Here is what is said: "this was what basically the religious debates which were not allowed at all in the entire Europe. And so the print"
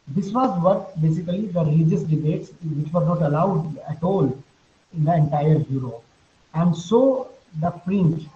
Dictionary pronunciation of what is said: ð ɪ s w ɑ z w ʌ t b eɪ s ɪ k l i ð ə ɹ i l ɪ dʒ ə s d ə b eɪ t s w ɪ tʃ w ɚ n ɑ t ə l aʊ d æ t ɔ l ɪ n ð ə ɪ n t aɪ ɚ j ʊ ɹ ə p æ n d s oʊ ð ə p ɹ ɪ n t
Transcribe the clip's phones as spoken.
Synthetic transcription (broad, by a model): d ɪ s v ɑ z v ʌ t b eɪ s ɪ k l i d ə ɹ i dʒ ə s d ə b eɪ t s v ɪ tʃ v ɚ n ɑ t ə l aʊ d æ t ɔ l ɪ n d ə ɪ n t aɪ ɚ j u ɹ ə æ n d s oʊ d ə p ɹ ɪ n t